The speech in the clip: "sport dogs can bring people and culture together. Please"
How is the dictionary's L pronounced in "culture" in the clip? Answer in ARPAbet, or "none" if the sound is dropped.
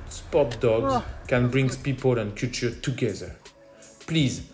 none